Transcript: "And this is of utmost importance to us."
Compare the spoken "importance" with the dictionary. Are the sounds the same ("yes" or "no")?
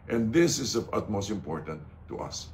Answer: no